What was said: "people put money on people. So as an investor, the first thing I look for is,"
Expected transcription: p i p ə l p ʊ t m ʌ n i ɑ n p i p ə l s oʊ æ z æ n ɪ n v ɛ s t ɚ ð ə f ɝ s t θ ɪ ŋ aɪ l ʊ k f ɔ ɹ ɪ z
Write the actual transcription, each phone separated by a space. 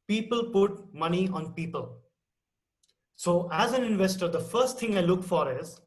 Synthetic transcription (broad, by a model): p i p ə l p ʊ t m ʌ n i ɑ n p i p ə l s oʊ æ z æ n ɪ n v ɛ s t ɚ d ə f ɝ s t t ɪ ŋ aɪ l ʊ k f ɔ ɹ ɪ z